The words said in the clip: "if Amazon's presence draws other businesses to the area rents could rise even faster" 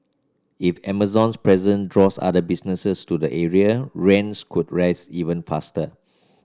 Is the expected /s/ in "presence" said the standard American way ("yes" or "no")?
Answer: no